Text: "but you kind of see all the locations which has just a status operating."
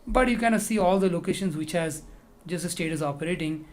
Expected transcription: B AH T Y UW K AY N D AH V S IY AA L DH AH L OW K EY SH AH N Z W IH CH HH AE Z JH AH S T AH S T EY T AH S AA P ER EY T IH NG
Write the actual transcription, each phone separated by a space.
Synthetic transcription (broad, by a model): B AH T Y UW K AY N AH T S IY AA L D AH L OW K EY SH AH N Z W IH CH HH AE Z JH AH S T AH S T EY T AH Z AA P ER EY T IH NG